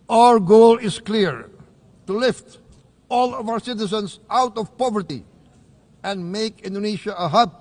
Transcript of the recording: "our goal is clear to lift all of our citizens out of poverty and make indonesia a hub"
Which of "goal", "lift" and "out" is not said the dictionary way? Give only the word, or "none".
none